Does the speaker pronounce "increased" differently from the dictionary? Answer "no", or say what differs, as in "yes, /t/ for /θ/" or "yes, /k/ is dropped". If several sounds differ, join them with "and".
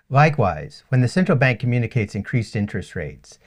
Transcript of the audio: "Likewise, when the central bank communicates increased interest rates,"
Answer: no